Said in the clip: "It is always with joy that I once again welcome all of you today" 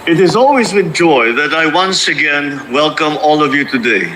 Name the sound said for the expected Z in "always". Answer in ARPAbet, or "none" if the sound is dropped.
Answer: Z